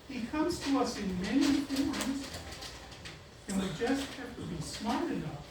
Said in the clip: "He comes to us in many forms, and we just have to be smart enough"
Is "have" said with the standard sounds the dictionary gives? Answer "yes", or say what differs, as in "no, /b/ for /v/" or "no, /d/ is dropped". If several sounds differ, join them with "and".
no, /f/ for /v/